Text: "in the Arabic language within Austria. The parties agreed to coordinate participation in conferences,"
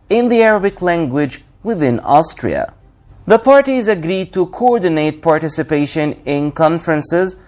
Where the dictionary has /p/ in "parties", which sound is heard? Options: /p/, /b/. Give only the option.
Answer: /p/